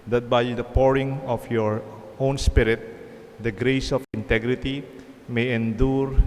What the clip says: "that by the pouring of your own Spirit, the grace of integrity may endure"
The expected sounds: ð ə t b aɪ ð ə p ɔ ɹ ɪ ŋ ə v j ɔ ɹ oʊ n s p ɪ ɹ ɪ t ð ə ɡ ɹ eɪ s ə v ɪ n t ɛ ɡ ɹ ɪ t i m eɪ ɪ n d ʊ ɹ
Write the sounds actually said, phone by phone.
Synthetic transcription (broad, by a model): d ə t b aɪ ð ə p ɔ ɹ ɪ ŋ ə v j ɔ ɹ oʊ n s p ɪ ɹ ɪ t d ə ɡ ɹ eɪ s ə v ɪ n t ɛ ɡ ɹ ɪ t i m eɪ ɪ n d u ɹ